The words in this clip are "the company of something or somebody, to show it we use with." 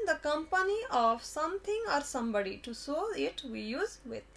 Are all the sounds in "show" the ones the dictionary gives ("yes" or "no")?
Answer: no